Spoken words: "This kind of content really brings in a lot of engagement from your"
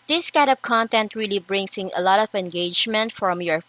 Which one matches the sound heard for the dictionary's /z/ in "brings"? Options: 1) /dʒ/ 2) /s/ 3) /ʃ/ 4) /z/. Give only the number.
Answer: 2